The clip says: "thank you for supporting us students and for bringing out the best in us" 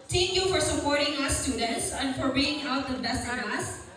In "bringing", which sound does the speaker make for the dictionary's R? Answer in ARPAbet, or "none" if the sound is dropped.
none